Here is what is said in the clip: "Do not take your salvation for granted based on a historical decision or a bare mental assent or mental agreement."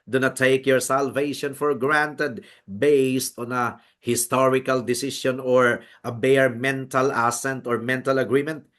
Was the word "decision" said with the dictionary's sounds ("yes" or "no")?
no